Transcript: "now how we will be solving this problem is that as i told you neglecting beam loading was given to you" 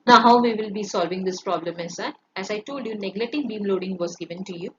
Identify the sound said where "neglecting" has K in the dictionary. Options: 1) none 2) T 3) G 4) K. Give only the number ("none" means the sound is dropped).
1